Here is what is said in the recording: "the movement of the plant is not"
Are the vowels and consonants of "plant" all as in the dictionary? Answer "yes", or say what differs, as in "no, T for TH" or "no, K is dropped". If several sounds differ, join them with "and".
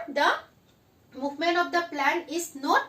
no, T is dropped